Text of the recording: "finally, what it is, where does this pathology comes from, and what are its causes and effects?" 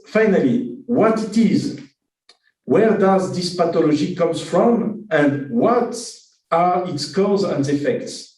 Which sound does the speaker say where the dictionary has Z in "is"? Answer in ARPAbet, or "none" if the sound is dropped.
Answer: Z